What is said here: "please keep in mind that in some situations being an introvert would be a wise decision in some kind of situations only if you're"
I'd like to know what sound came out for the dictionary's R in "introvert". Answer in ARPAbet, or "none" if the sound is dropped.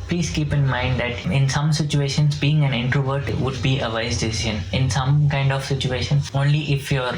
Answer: R